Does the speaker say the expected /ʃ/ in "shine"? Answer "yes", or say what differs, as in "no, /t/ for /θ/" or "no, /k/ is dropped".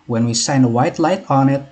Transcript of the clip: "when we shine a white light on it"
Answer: no, /s/ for /ʃ/